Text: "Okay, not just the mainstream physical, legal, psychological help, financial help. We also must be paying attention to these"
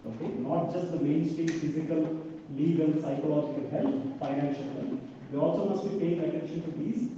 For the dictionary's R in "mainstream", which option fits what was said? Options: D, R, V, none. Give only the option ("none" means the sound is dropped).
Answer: none